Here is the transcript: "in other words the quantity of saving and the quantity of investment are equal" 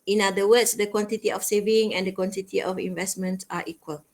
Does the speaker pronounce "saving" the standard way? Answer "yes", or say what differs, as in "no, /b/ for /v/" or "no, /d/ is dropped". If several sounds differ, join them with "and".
yes